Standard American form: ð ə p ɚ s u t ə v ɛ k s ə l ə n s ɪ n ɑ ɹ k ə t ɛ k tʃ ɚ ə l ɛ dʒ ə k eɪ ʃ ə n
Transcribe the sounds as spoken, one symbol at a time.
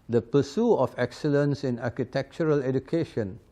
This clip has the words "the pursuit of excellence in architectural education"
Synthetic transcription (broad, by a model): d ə p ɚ s u ə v ɛ k s ə l ə n s ɪ n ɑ k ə t ɛ k tʃ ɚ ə l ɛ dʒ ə k eɪ ʃ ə n